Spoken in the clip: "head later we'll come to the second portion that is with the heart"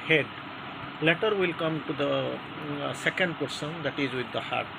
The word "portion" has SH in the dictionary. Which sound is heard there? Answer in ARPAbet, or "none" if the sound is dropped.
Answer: S